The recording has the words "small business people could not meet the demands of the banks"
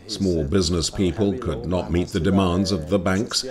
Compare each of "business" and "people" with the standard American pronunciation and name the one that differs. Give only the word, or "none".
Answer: none